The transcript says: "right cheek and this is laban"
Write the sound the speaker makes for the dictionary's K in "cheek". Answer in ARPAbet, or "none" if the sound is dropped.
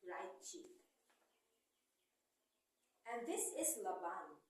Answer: none